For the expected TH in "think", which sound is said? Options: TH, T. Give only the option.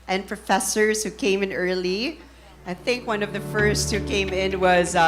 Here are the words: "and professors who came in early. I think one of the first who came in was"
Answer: TH